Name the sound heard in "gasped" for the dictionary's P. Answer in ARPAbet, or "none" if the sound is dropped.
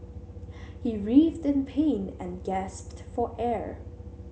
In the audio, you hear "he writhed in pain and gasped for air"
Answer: P